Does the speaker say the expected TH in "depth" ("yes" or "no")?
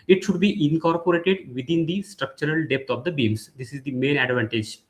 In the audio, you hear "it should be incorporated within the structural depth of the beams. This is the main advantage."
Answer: no